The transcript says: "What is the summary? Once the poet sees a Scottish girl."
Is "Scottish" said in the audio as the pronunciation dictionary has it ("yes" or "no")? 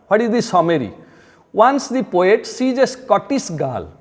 no